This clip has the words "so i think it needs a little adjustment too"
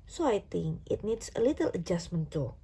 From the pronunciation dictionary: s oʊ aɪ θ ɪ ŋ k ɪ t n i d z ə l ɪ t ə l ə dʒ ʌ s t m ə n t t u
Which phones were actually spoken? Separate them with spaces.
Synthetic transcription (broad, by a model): s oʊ aɪ t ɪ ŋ ɪ t n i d s ə l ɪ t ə l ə dʒ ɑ s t m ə n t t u